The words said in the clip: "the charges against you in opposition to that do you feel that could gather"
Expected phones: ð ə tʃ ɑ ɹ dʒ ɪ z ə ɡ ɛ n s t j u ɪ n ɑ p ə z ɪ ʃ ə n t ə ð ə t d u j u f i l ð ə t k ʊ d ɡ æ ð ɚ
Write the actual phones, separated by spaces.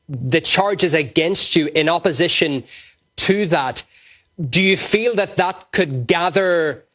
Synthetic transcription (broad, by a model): ð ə tʃ ɑ ɹ dʒ ɪ z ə ɡ ɛ n s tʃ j ɪ n ɑ p ə z ɪ ʃ ə n t ə ð ə t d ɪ j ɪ f i l ð ə t k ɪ d ɡ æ ð ɚ